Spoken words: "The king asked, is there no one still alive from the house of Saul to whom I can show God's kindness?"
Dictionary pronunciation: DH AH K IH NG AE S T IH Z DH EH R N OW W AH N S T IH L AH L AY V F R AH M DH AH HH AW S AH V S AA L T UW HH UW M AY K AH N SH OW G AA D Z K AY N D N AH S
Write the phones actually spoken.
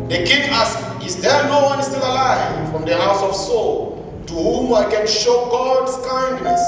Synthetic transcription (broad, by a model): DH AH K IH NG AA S IH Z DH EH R N OW W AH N S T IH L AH L AY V F R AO M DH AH HH AW S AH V S AA L T UW HH UW M AY K AH N SH OW G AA D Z K AY N D N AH S